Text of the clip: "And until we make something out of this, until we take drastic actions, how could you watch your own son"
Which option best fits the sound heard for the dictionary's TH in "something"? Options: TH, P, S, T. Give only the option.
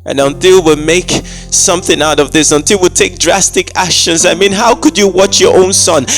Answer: TH